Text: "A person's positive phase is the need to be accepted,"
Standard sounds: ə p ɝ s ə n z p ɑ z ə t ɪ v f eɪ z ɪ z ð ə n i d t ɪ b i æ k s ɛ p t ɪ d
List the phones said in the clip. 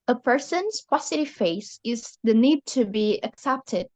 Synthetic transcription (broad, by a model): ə p ɝ s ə n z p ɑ s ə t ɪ f eɪ s ɪ z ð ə n i d t ɪ b i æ k s ɛ p t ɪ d